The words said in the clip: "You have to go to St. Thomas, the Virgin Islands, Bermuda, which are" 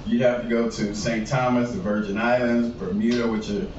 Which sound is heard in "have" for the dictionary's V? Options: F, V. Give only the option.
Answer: F